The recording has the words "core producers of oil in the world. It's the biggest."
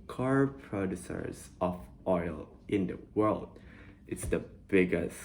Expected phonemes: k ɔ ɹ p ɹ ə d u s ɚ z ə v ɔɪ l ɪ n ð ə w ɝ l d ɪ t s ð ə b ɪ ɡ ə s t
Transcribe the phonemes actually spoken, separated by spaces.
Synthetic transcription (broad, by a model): k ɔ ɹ p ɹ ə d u s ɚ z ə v ɔɪ l ɪ n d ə w ɝ l d ɪ t s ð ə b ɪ ɡ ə s